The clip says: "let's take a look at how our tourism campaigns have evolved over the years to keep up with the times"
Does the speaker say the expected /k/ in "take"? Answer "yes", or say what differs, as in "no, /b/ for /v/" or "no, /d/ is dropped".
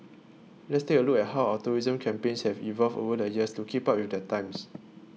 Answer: no, /k/ is dropped